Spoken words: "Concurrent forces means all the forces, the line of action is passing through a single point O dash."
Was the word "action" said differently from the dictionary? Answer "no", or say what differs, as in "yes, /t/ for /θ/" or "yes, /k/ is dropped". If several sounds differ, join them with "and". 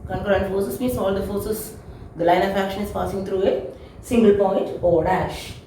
no